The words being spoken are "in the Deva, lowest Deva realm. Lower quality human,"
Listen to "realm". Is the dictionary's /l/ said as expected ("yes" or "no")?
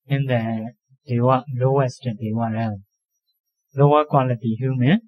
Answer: no